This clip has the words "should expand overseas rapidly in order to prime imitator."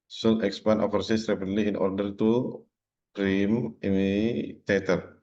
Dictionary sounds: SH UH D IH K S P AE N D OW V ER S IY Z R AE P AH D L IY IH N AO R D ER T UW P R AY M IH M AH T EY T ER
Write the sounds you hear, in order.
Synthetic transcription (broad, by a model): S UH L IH K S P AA N OW F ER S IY S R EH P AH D L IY IH N AO R D ER T UW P R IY M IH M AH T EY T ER